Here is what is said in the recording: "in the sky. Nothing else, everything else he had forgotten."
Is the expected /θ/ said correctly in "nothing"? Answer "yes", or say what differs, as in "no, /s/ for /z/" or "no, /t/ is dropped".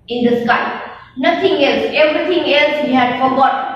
no, /t/ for /θ/